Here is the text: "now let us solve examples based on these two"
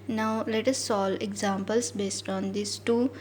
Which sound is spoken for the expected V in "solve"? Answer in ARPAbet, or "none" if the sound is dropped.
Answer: none